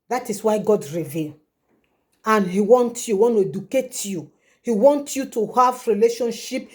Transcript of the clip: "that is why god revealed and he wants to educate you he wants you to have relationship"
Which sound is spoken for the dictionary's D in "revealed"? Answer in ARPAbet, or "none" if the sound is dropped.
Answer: none